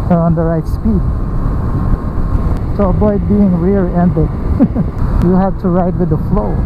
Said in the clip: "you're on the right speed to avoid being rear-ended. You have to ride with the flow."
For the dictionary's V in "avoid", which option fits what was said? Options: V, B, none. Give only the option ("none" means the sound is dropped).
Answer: B